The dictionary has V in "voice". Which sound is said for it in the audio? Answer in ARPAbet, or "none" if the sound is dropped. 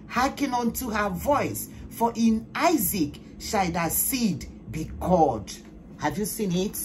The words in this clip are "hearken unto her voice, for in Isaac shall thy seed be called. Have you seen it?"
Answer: V